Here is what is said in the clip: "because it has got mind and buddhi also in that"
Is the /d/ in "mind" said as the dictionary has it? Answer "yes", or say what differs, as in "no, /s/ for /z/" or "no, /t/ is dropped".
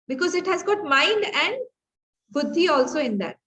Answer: yes